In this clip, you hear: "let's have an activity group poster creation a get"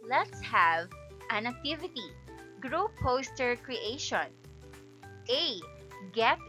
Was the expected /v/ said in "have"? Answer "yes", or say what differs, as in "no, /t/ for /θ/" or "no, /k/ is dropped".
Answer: yes